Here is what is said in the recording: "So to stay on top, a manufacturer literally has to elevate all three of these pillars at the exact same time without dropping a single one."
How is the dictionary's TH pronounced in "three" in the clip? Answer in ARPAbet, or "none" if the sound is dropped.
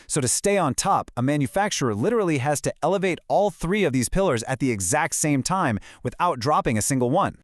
TH